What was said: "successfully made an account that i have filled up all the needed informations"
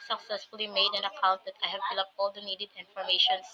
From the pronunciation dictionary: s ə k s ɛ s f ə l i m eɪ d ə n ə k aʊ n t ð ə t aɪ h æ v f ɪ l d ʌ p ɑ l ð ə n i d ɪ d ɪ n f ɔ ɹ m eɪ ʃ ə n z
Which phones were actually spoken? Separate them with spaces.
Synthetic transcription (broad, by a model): s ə k s ɛ s f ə l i m eɪ d ə n ə k aʊ n t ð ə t aɪ h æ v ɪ l ʌ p ɑ l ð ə n i d ɪ d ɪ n f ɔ ɹ m eɪ ʃ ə n